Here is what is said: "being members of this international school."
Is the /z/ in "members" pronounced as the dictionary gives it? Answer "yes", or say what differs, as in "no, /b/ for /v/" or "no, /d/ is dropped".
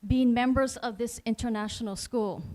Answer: yes